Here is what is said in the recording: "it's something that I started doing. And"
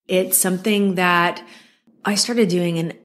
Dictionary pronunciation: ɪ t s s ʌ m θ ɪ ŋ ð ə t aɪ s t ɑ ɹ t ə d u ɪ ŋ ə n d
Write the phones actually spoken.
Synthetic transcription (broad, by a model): ɪ t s s ʌ m θ ɪ ŋ ð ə t aɪ s t ɑ ɹ t ə d u ɪ ŋ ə n